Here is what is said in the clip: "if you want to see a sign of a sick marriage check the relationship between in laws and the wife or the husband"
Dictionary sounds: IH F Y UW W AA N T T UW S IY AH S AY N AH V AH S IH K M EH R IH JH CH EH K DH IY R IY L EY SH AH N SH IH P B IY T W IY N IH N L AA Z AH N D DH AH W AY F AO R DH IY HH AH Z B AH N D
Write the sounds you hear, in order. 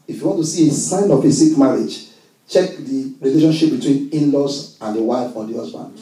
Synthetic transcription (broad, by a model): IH F Y UW W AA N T T UW S IY AH S AY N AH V AH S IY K M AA R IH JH CH EH K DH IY R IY L EY SH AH N SH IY P B IY T W IY N IH N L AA S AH N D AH W AY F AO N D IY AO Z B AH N